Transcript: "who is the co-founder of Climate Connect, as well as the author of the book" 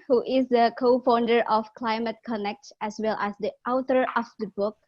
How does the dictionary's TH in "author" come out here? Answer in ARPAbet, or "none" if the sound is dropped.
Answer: T